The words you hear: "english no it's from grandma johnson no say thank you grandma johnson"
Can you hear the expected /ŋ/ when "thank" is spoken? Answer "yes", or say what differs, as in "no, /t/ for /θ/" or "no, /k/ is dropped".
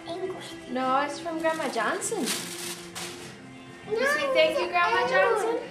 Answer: no, /ŋ/ is dropped